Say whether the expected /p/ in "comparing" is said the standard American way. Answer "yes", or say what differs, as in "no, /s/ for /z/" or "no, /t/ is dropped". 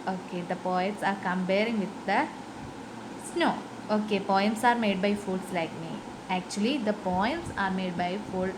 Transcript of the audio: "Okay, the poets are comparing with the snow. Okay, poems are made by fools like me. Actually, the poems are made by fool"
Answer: no, /b/ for /p/